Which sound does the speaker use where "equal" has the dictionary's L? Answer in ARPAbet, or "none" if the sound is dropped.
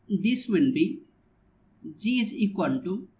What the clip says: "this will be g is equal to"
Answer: N